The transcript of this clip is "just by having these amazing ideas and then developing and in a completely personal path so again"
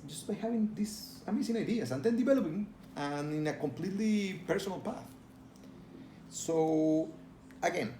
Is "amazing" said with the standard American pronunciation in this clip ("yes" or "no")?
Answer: no